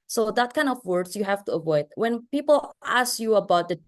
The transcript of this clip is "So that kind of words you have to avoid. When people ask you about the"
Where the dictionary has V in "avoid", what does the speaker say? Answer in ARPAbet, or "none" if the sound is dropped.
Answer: V